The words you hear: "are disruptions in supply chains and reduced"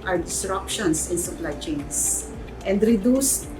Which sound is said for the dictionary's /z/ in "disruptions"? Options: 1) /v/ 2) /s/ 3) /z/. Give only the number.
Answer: 2